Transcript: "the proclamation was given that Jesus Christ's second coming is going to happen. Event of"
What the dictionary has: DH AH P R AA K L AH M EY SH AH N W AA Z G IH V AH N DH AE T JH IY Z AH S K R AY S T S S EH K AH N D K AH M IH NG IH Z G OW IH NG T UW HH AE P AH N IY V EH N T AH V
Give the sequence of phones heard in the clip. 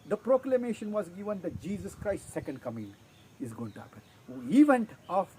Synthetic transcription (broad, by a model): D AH P R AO K L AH M EY SH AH N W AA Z G IH V AH N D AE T JH IY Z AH S K R AY S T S S EH K AH N D K AH M IH NG IH Z G OW IH NG T UW HH AE P AH N IY V EH N T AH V